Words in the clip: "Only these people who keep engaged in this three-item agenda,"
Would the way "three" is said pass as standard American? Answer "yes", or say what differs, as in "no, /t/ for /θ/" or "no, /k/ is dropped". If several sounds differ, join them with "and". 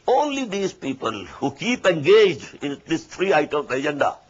no, /t/ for /θ/